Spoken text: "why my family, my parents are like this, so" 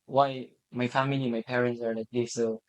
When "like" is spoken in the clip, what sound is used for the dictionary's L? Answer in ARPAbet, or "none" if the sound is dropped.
N